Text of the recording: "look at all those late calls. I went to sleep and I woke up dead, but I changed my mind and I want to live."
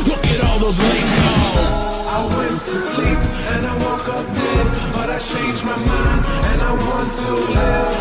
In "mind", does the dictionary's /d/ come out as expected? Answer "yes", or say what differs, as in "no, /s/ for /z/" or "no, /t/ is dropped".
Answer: no, /d/ is dropped